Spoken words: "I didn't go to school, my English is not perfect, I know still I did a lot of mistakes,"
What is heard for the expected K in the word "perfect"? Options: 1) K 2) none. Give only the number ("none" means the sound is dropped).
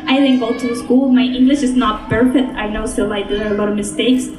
2